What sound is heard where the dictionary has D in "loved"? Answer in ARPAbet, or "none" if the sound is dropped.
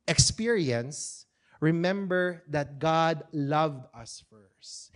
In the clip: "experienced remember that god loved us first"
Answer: D